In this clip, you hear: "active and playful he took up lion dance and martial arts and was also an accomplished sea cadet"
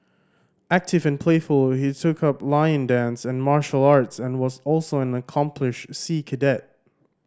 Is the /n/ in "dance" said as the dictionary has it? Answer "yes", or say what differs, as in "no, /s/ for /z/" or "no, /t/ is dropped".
yes